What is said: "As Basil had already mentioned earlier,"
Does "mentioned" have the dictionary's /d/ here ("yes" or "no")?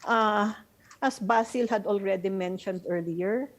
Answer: yes